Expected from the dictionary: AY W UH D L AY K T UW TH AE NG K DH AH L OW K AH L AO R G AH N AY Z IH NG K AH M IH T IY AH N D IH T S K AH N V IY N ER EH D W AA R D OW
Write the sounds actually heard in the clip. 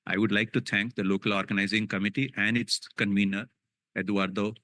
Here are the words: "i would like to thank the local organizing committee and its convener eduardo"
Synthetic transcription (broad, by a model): AY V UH D L AY K T UW T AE NG K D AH L OW K AH L AO R G AH N AY Z IH NG K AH M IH T IY AH N D IH T S K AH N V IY N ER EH D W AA R D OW